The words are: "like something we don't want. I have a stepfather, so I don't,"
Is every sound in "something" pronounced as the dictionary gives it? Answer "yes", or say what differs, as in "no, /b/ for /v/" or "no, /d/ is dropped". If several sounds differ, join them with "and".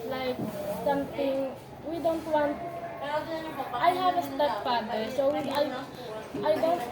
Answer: no, /t/ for /θ/